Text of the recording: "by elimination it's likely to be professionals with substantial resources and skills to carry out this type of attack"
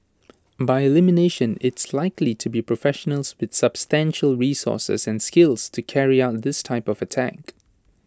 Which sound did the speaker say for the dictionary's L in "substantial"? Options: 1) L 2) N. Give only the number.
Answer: 1